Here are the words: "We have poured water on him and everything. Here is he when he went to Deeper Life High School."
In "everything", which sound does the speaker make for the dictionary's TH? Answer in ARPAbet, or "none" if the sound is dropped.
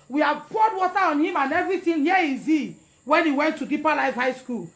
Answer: T